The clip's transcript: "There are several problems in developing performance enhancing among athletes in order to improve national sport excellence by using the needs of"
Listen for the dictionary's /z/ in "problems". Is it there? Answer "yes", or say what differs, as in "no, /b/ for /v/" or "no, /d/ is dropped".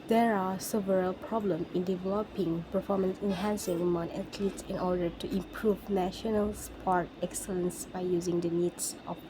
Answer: no, /z/ is dropped